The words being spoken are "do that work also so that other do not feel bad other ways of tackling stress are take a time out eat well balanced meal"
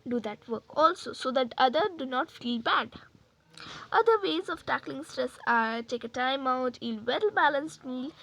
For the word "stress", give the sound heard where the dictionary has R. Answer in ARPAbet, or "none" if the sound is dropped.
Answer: R